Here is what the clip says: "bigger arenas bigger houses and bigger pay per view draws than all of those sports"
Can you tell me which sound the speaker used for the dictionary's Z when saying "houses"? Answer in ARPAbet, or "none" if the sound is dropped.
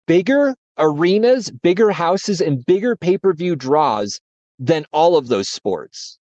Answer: Z